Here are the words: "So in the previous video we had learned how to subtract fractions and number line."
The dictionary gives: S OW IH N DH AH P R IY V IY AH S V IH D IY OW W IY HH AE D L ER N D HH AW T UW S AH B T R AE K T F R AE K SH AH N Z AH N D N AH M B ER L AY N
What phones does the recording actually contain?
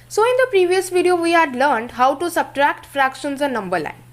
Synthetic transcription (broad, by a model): S OW IH N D AH P R IY V IY AH S V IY D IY OW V IY HH AE D L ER N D HH AW T UW S AH B T R AE K T F R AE K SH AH N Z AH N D N AH M B ER L AY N